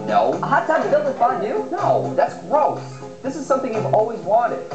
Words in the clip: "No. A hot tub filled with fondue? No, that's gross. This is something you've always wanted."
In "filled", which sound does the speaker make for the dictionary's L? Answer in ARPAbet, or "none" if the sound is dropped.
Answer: none